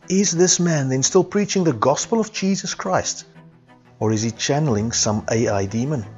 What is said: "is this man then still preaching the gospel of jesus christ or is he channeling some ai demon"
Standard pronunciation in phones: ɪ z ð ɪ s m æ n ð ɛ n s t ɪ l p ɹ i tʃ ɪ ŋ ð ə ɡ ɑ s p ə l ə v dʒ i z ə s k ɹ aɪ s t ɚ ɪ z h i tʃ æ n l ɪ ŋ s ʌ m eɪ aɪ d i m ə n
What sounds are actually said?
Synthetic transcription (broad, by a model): ɪ z ð ɪ s m æ n ð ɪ n s t ɪ l p ɹ i tʃ ɪ ŋ ð ə ɡ ɑ s p ə l ə v dʒ i z ə s k ɹ aɪ s t ɚ ɪ z i tʃ æ n l ɪ ŋ s ʌ m eɪ aɪ d i m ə n